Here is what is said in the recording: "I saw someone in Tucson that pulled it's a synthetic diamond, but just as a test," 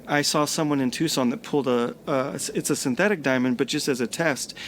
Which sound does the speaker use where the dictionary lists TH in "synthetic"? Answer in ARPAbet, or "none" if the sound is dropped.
TH